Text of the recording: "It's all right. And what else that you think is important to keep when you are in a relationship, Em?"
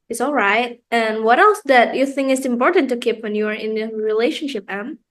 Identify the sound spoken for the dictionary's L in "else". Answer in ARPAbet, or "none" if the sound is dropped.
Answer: L